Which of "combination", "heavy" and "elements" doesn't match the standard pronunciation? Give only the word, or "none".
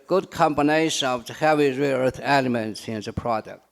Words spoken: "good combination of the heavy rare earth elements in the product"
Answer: none